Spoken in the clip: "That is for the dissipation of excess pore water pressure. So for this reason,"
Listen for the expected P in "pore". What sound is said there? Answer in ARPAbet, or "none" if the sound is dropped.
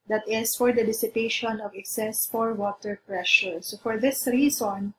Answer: F